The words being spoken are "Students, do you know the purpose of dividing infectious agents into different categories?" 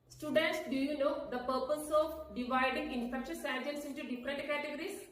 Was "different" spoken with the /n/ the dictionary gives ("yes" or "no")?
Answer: no